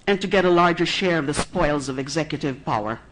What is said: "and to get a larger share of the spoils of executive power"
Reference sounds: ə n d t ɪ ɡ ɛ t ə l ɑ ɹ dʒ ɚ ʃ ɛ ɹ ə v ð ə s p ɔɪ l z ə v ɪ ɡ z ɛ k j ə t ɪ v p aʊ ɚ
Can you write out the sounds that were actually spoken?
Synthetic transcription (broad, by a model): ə n t ɪ ɡ ɛ t ə l ɑ ɹ dʒ ɚ ʃ ɛ ɹ ə v ð ə s p ɔɪ l z ə v ɪ ɡ z ɛ k j ə t ɪ v p aʊ ɚ